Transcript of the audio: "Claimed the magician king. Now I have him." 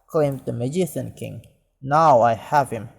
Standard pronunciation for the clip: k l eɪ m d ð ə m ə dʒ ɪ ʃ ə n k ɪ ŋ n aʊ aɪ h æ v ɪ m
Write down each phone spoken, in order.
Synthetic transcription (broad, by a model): k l eɪ m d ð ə m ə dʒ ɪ s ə n k ɪ ŋ n aʊ aɪ h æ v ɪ m